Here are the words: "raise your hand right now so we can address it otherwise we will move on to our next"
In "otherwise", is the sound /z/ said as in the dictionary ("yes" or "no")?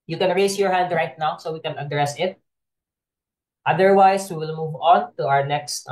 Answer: no